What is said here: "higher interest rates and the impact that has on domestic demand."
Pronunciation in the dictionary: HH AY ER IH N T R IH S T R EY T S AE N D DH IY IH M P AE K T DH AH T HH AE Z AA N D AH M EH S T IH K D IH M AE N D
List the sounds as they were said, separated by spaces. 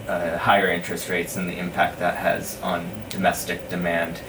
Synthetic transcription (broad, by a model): HH AY ER IH N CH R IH S T R EY T S N DH IY IH M P AE K T DH AH T HH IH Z N D AH M EH S T IH K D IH M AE N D